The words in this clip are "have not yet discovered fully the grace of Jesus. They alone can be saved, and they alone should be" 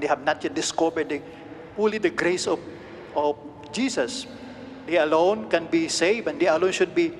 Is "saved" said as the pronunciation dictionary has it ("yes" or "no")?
no